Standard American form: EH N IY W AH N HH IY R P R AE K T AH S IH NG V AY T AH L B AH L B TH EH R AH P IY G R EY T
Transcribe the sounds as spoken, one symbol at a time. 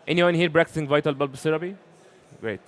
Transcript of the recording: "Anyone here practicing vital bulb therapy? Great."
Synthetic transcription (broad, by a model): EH N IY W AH N HH IY R B R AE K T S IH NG V AY T AH L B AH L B S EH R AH B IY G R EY T